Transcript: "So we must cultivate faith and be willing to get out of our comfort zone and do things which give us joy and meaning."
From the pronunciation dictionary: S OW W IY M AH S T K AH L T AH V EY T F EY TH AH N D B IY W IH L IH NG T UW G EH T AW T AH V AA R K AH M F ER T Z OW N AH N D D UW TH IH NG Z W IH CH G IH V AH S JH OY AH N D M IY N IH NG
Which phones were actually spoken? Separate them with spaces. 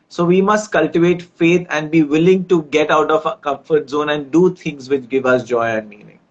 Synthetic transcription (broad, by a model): S OW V IY M AH S T K AH L T AH V EY T F EY T AH N D B IY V IH L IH NG T UW G EH T AW T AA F K AH M F ER T Z OW N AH N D D UW T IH NG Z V IH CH G IH V AH S JH OY AH N D M IY N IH NG